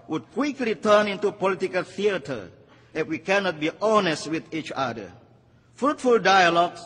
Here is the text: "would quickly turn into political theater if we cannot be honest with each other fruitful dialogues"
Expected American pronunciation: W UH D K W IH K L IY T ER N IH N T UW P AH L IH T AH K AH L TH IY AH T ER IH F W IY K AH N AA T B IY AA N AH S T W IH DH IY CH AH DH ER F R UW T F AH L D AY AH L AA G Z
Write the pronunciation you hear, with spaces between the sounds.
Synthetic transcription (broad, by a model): W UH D K W IH K L IY T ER N IH N T UW P AH L IH T AH K AH L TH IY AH T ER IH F W IY K AH N AA T B IY AA N AH S T W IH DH IY CH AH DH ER F R UW T F AH L D AY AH L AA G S